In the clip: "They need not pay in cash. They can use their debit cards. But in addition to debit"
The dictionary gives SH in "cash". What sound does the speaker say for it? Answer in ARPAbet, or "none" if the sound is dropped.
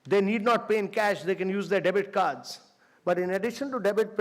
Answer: SH